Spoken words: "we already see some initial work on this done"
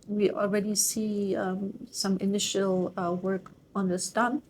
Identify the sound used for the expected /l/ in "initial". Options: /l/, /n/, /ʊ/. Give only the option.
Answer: /l/